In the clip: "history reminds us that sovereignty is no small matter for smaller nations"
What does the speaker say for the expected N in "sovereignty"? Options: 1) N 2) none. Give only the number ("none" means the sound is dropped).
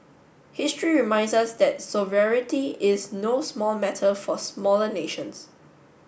2